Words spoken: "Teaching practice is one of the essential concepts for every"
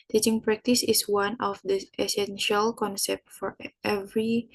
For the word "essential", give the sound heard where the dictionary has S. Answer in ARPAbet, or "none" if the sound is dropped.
S